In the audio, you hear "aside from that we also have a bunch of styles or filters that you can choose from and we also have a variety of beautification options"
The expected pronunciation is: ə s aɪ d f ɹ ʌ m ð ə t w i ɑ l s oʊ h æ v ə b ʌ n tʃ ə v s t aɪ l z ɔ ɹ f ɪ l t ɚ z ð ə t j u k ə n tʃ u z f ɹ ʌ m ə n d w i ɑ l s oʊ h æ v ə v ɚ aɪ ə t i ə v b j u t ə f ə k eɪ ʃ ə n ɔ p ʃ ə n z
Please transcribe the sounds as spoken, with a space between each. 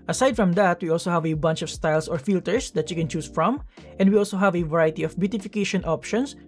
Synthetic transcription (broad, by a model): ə s aɪ d f ɹ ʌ m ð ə t w i ɑ l s oʊ h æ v ə b ʌ n tʃ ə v s t aɪ l s ɔ ɹ f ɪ l t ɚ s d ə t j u k ə n tʃ u s f ɹ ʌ m ə n d w i ɑ l s oʊ h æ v ə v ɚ aɪ t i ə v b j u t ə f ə k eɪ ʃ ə n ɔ p ʃ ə n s